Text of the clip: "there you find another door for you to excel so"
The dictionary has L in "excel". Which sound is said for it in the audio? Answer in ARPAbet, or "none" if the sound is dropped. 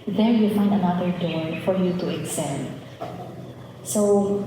N